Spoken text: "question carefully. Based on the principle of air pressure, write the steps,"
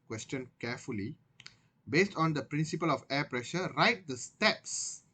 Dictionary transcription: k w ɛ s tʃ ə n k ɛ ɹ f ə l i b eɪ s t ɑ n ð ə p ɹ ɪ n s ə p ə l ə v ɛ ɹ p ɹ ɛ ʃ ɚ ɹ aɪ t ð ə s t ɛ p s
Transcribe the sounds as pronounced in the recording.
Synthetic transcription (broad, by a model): k w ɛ s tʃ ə n k ɛ f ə l i b eɪ s t ɑ n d ə p ɹ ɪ n s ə p ə l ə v ɛ p ɹ ɛ ʃ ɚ ɹ aɪ t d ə s t ɛ p s